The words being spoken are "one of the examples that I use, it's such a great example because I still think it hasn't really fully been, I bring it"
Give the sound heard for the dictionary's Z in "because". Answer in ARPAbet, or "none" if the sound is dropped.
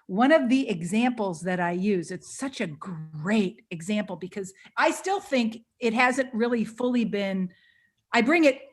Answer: Z